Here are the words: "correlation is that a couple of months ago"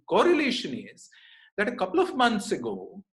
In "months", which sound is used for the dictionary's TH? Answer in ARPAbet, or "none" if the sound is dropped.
T